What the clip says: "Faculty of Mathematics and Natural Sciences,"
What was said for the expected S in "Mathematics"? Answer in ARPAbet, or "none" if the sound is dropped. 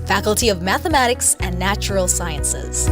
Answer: S